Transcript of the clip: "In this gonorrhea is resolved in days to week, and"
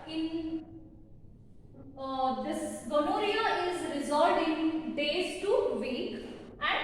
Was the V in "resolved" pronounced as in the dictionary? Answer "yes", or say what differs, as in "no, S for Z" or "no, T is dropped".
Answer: no, V is dropped